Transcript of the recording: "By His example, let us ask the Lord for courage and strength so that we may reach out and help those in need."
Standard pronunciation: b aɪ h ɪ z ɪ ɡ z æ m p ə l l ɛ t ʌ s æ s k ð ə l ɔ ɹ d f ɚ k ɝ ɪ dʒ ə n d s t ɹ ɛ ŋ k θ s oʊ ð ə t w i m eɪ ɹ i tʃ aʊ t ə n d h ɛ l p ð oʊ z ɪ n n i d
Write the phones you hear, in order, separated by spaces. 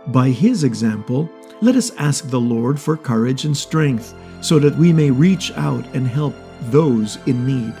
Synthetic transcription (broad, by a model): b aɪ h ɪ z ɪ ɡ z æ m p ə l l ɛ t ʌ s æ s k ð ə l ɔ ɹ d f ɚ k ɝ ɪ dʒ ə n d s t ɹ ɛ ŋ k θ s oʊ ð ə t w i m eɪ ɹ i tʃ aʊ t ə n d h ɛ l p ð oʊ z ɪ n n i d